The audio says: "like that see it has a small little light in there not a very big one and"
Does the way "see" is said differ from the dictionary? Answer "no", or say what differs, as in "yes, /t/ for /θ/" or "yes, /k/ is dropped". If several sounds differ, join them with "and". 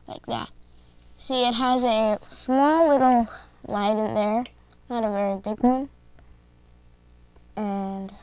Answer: yes, /ʃ/ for /s/